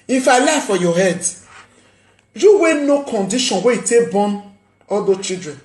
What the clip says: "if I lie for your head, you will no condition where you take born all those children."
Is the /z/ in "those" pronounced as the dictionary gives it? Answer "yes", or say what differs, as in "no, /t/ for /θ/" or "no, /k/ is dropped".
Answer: no, /z/ is dropped